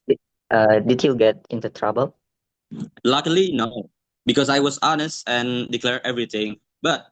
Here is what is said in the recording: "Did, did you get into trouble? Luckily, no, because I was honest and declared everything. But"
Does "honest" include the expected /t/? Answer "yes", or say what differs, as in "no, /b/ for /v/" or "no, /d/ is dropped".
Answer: yes